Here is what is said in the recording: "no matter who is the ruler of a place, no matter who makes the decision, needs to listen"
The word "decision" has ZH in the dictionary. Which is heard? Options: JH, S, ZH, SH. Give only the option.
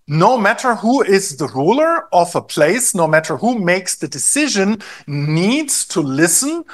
ZH